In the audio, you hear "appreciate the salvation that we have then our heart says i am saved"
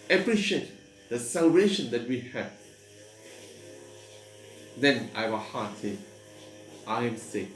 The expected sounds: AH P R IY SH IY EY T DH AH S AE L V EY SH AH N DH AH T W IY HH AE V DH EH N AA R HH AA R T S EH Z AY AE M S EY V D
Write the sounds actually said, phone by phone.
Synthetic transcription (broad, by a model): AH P R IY SH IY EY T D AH S AE L V EY SH AH N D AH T W IY HH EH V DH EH N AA W HH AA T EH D AY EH M S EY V